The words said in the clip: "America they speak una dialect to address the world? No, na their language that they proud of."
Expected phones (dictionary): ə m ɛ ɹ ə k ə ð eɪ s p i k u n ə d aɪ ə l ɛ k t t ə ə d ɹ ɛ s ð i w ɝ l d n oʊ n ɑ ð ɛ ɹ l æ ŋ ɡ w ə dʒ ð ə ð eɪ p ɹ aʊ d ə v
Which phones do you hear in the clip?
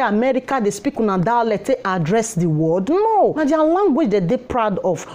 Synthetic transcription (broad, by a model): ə m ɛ ɹ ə k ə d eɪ s p i k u n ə d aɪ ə l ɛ t t ə d ɹ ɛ s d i w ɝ d n oʊ n ɑ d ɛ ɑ l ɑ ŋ ɡ w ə dʒ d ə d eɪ p ɹ aʊ d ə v